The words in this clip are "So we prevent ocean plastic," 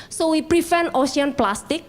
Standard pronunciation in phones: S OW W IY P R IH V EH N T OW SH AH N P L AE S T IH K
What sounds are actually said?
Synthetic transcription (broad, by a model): S OW W IY P R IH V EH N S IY AH N P L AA S T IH K